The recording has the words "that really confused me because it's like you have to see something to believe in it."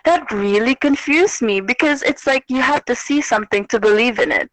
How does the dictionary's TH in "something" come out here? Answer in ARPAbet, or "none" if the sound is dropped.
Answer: TH